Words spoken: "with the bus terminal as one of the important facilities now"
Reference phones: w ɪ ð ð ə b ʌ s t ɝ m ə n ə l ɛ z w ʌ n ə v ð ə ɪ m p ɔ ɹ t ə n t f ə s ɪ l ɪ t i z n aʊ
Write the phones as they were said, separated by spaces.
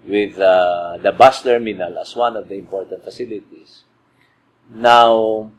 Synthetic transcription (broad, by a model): w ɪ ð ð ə b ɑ s t ɝ m ə n ə l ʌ s w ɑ n ə v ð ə ɪ m p ɔ ɹ t ə n t f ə s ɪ l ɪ t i s n aʊ